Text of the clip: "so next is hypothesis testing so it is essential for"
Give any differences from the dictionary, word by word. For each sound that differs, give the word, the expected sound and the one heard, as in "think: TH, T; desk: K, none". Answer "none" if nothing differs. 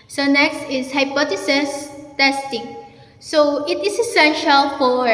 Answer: is: Z, S; hypothesis: TH, T; is: Z, S